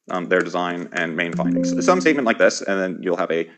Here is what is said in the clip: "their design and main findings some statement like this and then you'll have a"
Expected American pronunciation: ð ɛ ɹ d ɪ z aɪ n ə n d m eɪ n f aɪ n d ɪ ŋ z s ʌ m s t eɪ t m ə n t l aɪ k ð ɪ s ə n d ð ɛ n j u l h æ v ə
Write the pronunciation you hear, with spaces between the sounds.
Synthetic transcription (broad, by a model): ð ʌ ɹ d ɪ z aɪ n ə n m eɪ n f aɪ n d ɪ ŋ z s ʌ m s t eɪ t m ə n t l aɪ k ð ɪ s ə n ð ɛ n j u l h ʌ v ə